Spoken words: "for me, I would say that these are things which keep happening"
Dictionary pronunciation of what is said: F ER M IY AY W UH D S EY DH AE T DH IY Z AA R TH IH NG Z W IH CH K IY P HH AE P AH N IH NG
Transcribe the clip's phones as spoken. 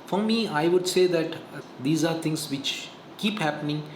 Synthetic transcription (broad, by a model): F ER M IY AY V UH D S EY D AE T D IY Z AA R T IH NG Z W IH CH K IY P HH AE P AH N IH NG